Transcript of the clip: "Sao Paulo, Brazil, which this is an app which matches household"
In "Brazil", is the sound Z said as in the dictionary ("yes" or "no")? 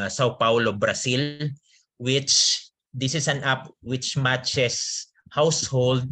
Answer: no